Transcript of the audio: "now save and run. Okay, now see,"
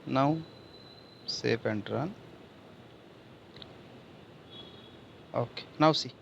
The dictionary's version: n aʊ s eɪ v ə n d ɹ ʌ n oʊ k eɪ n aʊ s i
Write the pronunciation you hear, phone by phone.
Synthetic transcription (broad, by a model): n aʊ s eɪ p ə n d ɹ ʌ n oʊ k eɪ n aʊ s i